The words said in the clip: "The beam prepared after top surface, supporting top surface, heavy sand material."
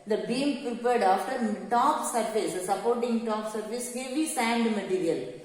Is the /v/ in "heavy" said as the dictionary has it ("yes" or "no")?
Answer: no